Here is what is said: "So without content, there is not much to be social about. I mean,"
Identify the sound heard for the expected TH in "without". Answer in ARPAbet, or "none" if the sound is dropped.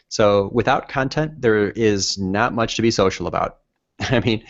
TH